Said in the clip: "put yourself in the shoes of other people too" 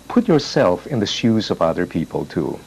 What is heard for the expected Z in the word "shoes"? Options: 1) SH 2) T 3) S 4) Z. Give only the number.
4